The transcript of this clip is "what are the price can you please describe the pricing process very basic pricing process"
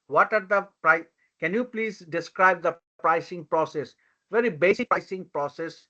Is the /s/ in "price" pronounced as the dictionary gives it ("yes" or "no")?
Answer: no